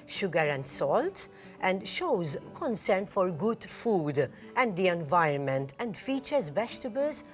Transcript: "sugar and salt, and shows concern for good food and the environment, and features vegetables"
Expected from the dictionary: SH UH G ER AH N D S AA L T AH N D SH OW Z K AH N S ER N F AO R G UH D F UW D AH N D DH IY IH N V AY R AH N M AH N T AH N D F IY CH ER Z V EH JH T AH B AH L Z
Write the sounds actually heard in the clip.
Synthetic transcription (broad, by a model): SH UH G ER AH N D S AA L T AH N D SH OW Z K AH N S ER N F AO R G UH D F UW D AH N D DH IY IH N V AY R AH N M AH N T AH N D F IY CH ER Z V EH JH T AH B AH L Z